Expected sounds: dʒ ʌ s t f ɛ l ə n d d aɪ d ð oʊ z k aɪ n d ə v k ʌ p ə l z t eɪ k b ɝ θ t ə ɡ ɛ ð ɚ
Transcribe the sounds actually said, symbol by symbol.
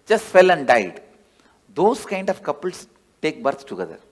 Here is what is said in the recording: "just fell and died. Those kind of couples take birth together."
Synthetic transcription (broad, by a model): dʒ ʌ s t f ɛ l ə n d d aɪ d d oʊ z k aɪ n d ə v k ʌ p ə l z t eɪ k b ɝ s t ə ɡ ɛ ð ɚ